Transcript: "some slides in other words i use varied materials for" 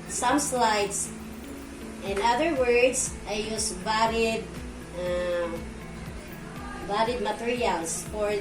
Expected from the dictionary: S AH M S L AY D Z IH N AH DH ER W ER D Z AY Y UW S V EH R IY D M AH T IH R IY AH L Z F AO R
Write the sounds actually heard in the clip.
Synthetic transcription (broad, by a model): S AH M S L AY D S IH N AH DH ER W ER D S AY Y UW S B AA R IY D M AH T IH R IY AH L S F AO R